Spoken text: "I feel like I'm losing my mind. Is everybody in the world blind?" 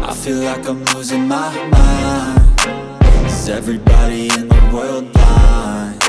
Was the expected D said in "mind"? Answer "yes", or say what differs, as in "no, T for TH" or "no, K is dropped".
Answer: no, D is dropped